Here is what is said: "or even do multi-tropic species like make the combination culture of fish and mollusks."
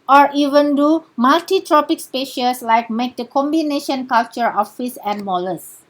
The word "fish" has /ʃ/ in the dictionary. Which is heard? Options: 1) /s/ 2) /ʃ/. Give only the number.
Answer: 1